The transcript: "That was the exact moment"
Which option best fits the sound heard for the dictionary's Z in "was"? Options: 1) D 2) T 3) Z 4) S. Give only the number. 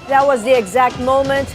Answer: 3